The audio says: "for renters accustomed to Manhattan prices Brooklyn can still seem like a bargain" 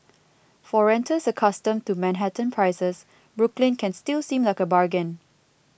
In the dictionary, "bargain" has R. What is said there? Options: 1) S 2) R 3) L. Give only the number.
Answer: 2